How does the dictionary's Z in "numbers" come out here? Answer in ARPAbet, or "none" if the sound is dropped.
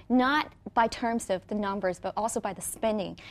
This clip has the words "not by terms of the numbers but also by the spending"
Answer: Z